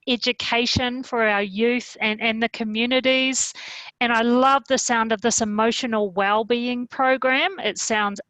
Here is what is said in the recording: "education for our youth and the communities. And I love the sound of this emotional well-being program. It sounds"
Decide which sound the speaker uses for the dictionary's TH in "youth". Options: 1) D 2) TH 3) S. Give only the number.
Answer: 2